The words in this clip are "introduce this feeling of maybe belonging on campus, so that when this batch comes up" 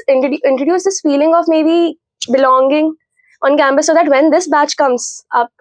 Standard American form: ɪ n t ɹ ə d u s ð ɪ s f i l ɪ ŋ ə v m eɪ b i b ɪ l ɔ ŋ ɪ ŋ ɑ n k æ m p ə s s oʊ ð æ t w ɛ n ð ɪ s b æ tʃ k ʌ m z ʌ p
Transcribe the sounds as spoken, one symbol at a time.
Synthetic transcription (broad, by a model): ɪ n t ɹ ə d u s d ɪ s f i l ɪ ŋ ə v m eɪ b i b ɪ l ɔ ŋ ɪ ŋ ɑ n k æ m b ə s s oʊ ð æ t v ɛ n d ɪ s b æ tʃ k ʌ m z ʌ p